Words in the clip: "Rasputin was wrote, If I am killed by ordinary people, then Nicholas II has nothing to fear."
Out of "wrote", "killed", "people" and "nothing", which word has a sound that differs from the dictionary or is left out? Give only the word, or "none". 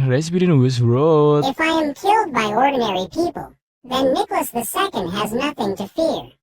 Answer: wrote